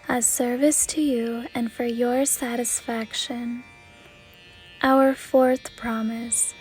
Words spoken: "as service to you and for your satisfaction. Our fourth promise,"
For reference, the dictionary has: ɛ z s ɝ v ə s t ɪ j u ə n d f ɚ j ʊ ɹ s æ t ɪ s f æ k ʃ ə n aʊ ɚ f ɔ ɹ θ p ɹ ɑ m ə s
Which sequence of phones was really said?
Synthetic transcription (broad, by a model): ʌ s ɝ v ə s t ɪ j u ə n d f ɚ j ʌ ɹ s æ t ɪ s f æ k ʃ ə n aʊ ɚ f ɔ ɹ θ p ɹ ɑ m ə s